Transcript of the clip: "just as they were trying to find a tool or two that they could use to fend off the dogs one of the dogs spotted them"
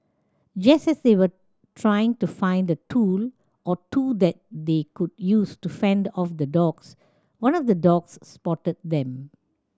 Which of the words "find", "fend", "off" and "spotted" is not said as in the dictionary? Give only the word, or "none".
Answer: none